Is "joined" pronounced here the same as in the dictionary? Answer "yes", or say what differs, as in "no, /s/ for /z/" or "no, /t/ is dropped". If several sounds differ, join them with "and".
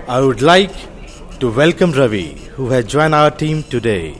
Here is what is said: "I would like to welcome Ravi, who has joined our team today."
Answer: no, /d/ is dropped